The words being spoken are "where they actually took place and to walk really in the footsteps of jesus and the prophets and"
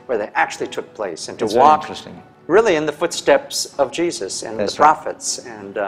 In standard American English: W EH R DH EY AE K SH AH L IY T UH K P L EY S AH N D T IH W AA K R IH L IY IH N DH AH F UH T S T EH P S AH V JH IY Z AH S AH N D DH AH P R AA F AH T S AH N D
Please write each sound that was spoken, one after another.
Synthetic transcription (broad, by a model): W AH R DH EY AE K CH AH L IY T UH K P L EY S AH N T IH W AA K R IH L IY IH N DH AH F UH T S T EH P S AH V JH IY Z AH S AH N DH AH P R AA F AH T S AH N